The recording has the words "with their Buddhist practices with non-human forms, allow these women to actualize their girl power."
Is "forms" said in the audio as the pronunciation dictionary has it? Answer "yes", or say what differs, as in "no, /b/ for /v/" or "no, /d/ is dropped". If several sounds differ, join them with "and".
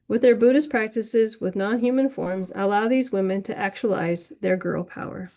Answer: yes